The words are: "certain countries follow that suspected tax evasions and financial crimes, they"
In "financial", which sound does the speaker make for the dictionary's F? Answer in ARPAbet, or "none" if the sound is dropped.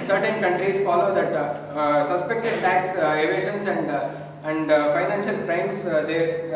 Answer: F